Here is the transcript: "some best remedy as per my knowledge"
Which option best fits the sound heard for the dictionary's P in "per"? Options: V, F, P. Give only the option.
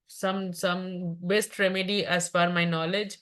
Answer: F